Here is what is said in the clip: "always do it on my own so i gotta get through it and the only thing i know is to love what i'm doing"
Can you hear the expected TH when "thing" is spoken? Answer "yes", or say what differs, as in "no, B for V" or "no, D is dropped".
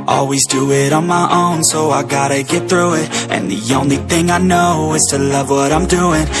yes